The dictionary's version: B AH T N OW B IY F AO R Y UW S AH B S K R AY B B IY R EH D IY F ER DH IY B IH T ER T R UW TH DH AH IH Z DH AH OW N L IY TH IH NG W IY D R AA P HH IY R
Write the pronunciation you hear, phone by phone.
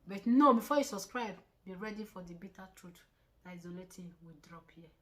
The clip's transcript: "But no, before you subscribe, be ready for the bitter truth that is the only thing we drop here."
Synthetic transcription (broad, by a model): B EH T N OW B IY F AO Y UW S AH S K R AY B B IY R EH D IY F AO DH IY B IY T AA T R UW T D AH IH Z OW L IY T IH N W IY D R AA P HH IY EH